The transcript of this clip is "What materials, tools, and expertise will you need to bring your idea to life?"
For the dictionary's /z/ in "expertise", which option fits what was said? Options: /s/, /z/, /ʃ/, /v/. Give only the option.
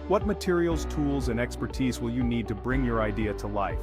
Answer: /z/